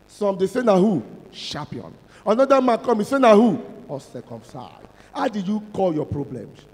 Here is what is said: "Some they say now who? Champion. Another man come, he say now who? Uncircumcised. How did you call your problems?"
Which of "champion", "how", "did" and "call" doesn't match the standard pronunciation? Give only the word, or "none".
champion